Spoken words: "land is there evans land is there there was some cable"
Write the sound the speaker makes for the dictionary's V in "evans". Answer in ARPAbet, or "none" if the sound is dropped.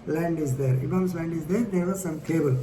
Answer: B